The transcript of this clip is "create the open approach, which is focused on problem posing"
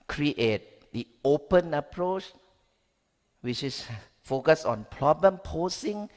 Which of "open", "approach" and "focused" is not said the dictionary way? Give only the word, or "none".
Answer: focused